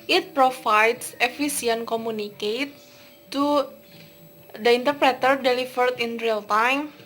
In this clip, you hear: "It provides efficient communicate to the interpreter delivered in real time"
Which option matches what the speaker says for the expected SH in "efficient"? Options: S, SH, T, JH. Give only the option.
S